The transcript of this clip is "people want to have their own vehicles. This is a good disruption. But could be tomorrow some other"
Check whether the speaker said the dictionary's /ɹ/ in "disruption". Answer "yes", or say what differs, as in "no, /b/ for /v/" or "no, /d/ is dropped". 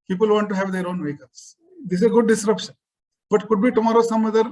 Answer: yes